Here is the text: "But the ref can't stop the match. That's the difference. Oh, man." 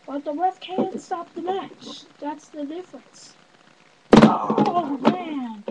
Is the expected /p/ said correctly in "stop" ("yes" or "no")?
yes